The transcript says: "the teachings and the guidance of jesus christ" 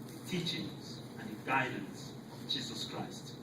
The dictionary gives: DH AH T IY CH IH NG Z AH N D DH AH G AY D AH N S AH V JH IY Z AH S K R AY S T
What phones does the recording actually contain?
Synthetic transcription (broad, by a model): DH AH T IY CH IH NG Z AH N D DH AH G AY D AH N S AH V JH IY Z AH S K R AY S T